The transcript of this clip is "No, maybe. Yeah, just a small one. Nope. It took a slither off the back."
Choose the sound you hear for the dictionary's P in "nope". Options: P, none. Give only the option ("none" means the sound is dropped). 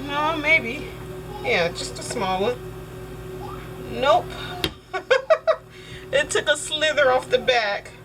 P